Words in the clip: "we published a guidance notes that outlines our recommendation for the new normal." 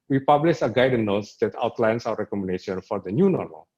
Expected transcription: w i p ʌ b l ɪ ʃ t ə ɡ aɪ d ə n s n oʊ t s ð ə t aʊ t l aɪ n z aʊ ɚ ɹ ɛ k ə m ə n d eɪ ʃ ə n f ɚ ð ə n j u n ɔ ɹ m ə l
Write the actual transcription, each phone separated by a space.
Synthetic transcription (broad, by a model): w i p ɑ b l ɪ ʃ ə ɡ aɪ d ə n n oʊ t s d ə t aʊ t l aɪ n s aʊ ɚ ɹ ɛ k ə m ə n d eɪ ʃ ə n f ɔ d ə n j u n ɔ ɹ m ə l